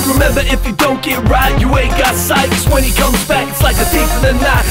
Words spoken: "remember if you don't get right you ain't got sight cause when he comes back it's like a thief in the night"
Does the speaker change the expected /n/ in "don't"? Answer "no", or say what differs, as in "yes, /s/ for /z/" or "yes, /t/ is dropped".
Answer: no